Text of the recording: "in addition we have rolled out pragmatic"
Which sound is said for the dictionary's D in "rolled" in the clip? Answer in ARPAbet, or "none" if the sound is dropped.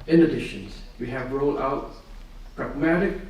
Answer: none